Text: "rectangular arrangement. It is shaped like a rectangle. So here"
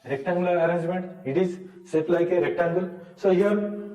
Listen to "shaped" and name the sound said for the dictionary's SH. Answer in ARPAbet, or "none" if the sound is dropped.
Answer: S